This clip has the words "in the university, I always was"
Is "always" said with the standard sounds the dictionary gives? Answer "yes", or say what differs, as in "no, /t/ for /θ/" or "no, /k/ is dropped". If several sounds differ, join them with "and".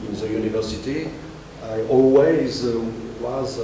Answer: yes